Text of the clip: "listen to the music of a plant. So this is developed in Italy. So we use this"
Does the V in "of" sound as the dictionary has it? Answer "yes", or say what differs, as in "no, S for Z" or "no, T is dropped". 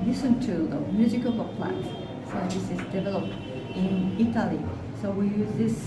no, P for V